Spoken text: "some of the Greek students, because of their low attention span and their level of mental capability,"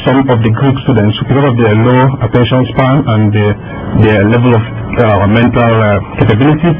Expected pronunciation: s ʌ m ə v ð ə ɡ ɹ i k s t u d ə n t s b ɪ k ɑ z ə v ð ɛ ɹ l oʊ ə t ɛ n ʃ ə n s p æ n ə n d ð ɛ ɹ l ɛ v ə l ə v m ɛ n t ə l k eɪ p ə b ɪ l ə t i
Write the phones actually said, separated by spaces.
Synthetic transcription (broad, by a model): s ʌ m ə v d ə ɡ ɹ i k s t u d ə n t s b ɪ k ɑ s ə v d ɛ l oʊ ə t ɛ n ʃ ə n s p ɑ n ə n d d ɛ l ɛ v ə l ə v m ɛ n t ə l k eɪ p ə b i l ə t i